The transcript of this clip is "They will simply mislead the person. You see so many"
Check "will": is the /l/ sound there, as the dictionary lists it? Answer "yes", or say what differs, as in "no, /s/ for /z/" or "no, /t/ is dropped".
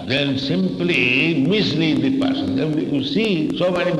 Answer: no, /n/ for /l/